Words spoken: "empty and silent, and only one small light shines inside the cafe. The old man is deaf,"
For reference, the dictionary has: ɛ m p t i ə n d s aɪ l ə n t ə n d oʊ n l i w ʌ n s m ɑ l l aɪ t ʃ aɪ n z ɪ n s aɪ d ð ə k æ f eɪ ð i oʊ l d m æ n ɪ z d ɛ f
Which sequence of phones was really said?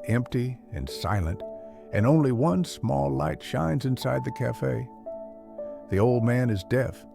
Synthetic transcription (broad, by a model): ɛ m p t i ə n s aɪ l ə n t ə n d oʊ n l i w ʌ n s m ɑ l l aɪ t ʃ aɪ n z ɪ n s aɪ d ð ə k æ f eɪ ð i oʊ l d m æ n ɪ z d ɛ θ